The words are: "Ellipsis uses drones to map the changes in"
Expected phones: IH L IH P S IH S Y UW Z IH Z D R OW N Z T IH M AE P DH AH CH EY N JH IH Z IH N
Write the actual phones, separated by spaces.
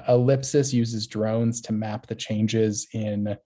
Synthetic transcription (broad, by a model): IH L IH P S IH S Y UW Z IH Z D R OW N Z T IH M AE P DH AH CH EY N JH IH Z IH N